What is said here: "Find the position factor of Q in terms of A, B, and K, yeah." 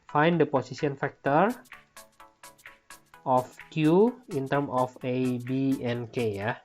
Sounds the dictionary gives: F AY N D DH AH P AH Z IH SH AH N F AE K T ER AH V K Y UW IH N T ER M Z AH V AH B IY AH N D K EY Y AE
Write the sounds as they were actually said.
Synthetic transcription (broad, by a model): F AY N D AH P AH S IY S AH N F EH K T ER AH F K Y UW IH N T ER M AH F AH B IY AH N K EY Y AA